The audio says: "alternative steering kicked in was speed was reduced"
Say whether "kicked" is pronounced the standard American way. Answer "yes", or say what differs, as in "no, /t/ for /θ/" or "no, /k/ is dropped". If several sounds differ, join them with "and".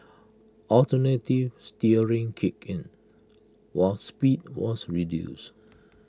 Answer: no, /t/ is dropped